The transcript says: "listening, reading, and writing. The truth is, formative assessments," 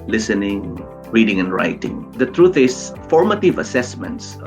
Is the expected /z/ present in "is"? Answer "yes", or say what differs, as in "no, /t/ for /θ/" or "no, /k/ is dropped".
no, /s/ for /z/